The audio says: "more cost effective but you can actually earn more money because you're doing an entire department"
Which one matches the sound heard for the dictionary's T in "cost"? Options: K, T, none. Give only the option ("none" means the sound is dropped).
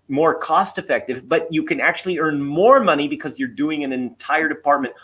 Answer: T